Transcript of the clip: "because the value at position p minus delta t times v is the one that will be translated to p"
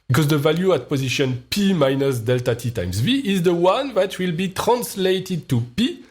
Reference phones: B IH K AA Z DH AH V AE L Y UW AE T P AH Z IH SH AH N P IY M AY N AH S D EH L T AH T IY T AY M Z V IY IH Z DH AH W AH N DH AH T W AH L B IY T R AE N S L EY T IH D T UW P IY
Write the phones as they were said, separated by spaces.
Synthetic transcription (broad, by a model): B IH K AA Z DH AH V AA L Y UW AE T P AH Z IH SH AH N P IY M AY N AH S D EH L T AH T IY T AY M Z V IY IH Z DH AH W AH N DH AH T W AH L B IY T R AE N S L EY T IH D T UW P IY